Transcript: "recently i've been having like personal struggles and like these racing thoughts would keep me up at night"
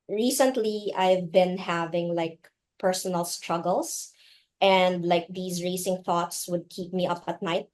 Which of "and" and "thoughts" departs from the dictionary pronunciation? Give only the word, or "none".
none